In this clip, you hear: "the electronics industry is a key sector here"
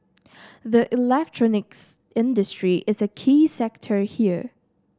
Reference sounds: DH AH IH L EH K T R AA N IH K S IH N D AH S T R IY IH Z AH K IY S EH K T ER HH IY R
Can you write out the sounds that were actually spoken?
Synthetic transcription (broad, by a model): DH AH IH L EH K T R AA N IH K S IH N D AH S T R IY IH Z AH K IY S EH K T ER HH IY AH